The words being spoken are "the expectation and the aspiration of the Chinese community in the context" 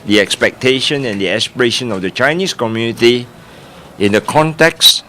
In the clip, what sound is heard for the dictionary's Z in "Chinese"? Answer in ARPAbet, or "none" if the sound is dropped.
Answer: S